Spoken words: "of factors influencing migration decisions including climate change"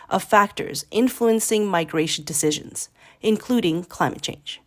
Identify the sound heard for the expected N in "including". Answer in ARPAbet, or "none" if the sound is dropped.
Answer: N